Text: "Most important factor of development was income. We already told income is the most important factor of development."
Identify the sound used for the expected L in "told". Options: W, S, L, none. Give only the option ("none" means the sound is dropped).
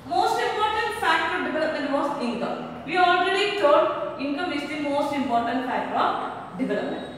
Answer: none